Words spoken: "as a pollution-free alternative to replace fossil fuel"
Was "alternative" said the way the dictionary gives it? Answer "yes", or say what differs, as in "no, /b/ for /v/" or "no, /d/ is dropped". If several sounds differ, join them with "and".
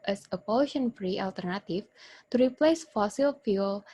no, /f/ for /v/